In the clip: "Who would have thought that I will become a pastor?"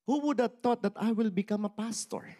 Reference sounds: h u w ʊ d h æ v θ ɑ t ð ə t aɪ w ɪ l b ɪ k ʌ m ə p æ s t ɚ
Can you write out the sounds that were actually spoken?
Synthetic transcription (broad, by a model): h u w ʊ d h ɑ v t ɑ t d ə t aɪ w ɪ l b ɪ k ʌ m ə p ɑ s t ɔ